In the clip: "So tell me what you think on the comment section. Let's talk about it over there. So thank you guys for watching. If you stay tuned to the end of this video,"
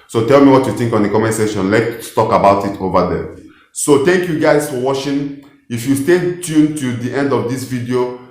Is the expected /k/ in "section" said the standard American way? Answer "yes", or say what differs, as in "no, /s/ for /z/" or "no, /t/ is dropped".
no, /k/ is dropped